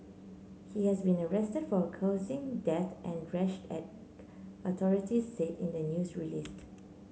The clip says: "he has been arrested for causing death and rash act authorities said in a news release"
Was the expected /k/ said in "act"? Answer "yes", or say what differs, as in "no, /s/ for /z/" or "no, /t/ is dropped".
no, /k/ is dropped